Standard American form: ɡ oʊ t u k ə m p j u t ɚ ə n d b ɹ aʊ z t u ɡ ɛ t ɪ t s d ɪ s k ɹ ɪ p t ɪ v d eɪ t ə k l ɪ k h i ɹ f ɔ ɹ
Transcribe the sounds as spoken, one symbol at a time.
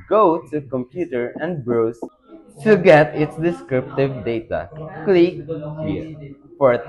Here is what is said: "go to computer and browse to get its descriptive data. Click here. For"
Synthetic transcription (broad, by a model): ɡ oʊ t u k ə m p j u t ɚ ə n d b ɹ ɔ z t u ɡ ɛ t ɪ t s d ɪ s k ɹ ɪ p t ɪ v d eɪ t ə k l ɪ k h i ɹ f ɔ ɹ